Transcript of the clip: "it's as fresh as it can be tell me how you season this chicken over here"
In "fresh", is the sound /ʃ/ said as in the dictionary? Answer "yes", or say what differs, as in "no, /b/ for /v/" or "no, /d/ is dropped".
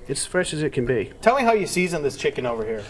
yes